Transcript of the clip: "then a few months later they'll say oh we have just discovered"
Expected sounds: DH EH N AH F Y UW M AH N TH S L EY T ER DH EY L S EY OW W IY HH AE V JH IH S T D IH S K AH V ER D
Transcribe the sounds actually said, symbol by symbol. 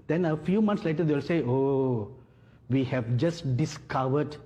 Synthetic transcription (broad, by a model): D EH N AH F Y UW M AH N T S L EY T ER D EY L S EY OW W IY HH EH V JH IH S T D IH S K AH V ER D